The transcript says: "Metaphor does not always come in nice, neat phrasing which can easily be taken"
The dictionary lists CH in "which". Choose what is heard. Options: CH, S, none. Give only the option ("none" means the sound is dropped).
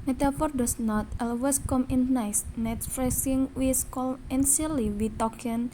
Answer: S